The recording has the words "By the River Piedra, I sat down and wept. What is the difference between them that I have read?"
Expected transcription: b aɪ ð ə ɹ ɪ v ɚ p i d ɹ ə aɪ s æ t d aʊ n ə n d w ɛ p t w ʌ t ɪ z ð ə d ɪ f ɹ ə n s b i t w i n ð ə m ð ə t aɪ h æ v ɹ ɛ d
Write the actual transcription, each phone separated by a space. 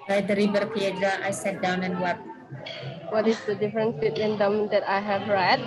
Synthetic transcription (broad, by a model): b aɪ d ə ɹ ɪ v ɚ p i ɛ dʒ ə aɪ s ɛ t d aʊ n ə n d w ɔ t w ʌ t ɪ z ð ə d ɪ f ɹ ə n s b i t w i n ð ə m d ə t aɪ h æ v ɹ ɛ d